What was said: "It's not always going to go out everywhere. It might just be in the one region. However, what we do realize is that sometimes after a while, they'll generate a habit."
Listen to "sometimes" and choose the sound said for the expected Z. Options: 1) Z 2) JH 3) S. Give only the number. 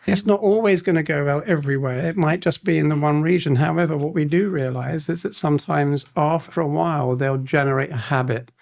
1